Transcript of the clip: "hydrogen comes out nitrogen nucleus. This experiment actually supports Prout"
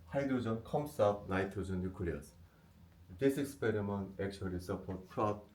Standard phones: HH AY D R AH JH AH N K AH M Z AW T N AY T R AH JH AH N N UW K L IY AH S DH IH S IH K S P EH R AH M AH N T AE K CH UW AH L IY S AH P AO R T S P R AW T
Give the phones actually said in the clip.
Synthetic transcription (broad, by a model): HH AY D R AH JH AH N K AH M S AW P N AY T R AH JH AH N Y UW K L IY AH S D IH S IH K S P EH R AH M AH N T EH K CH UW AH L IY S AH P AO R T P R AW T